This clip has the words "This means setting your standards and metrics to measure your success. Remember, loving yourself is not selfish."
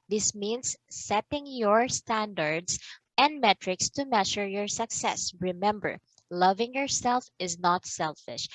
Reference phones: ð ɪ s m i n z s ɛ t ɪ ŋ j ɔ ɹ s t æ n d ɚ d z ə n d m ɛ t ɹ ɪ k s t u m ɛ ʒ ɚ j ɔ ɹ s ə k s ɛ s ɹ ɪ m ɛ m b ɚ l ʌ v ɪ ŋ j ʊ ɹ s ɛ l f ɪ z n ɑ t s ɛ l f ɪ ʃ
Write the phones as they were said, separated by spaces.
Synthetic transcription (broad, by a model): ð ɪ s m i n s ɛ t ɪ ŋ j ɔ ɹ s t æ n d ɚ d s ə n d m ɛ t ɹ ɪ k s t u m ɛ ʃ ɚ j ɔ ɹ s ə k s ɛ s ɹ ɪ m ɛ m b ɚ l ʌ v ɪ ŋ j ʊ ɹ s ɛ l f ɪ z n ɑ t s ɛ l f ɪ ʃ